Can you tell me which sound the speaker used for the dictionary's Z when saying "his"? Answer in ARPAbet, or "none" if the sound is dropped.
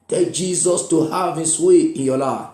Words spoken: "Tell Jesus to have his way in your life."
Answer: S